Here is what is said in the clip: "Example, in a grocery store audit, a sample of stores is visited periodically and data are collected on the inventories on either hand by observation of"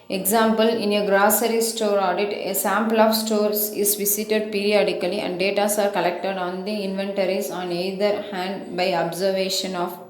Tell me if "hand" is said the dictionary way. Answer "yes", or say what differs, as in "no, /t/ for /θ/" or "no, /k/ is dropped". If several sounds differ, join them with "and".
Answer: yes